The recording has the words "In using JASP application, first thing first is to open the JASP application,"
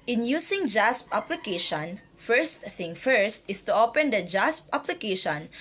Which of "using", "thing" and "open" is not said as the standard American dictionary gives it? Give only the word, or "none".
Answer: using